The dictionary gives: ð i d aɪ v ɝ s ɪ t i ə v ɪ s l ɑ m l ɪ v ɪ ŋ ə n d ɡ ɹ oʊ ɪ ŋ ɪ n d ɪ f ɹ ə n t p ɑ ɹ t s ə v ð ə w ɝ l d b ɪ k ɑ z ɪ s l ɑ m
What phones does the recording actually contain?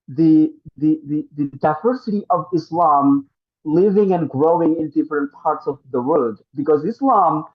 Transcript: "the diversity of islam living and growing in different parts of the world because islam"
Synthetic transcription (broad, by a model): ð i d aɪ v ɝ s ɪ t i ə v ɪ s l ɑ m l ɪ v ɪ ŋ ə n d ɡ ɹ oʊ ɪ ŋ ɪ n d ɪ f ɹ ə n t p ɑ ɹ t s ə v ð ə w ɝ d b ɪ k ɑ z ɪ s l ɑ m